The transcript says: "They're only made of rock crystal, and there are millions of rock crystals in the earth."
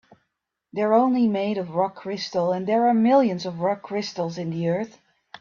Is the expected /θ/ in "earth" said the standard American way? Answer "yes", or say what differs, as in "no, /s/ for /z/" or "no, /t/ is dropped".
yes